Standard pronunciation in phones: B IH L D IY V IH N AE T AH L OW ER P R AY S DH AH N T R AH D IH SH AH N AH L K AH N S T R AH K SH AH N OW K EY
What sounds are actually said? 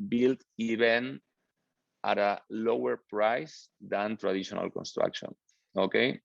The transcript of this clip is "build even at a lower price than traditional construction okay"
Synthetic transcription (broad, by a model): B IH L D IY B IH N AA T AH L OW ER P R AY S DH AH N T R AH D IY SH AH N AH L K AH N S T R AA K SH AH N OW K EY